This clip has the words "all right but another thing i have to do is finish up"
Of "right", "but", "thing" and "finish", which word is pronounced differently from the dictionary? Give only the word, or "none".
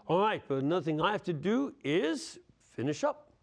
none